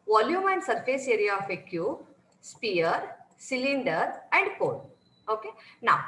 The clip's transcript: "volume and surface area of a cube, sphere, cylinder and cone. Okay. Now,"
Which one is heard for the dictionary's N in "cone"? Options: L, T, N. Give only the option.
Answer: L